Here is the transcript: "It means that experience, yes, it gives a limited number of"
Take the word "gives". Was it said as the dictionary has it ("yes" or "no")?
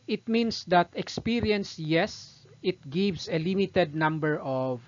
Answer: no